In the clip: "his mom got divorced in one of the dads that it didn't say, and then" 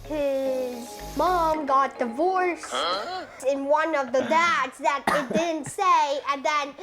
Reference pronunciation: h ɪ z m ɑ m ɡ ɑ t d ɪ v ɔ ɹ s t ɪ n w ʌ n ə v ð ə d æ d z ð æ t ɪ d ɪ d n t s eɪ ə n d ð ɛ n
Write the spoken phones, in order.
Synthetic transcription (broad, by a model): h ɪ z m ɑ m ɡ ɑ t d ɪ v ɔ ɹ s ɪ n w ʌ n ə v ð ə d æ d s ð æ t ɪ d ɪ d n t s eɪ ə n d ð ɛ n